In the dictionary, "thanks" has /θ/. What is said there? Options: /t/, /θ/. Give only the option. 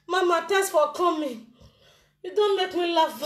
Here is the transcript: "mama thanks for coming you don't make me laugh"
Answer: /t/